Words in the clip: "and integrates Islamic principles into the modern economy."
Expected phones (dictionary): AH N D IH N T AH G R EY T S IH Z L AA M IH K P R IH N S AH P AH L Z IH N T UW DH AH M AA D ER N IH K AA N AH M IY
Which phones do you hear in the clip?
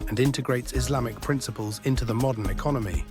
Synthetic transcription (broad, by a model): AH N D IH N T AH G R EY T S IH Z L AA M IH K P R IH N S AH P AH L Z IH N T UW DH AH M AA D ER N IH K AA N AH M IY